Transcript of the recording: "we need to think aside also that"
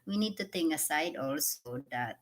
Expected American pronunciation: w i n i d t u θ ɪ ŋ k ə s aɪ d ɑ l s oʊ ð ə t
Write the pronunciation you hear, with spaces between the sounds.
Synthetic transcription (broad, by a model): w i n i d t u t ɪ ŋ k ə s aɪ d ɑ l s oʊ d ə t